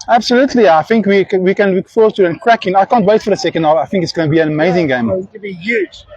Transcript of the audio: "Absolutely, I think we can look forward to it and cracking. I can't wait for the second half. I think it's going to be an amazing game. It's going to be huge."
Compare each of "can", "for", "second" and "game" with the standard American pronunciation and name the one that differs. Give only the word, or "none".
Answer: game